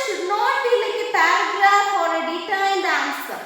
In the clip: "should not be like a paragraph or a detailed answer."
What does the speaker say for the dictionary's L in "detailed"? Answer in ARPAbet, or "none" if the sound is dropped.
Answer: N